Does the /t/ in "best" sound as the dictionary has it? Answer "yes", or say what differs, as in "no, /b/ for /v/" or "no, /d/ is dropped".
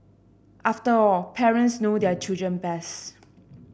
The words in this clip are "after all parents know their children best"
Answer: no, /t/ is dropped